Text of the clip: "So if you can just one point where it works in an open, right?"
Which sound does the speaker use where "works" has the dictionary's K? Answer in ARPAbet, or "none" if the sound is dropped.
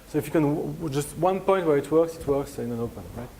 K